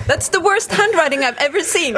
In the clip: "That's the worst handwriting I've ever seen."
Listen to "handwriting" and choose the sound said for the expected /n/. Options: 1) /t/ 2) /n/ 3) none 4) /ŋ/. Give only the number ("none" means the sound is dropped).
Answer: 2